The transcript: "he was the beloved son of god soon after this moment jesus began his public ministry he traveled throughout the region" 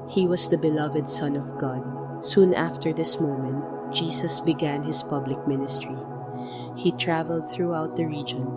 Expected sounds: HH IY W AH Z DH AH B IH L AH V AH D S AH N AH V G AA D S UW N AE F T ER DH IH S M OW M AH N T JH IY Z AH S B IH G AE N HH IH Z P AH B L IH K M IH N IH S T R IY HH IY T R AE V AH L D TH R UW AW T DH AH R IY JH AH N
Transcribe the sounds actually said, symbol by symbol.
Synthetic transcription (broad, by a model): HH IY W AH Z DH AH B IH L AH V AH D S AH N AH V G AA D S UW N AE F T ER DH IH S M OW M AH N T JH IY S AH S B IH G AE N HH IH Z P AH B L IH K M IH N IH S T R IY HH IY T R AE V AH L D TH R UW AW T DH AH R IY JH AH N